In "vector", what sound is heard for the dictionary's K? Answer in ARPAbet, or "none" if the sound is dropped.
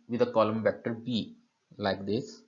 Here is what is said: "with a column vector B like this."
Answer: K